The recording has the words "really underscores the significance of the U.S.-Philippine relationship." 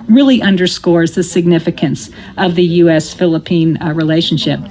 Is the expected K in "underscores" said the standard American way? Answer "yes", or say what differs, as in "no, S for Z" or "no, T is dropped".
yes